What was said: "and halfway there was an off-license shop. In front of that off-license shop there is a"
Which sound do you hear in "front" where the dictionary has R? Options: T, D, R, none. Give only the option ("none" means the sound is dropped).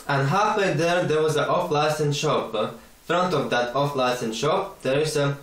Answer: R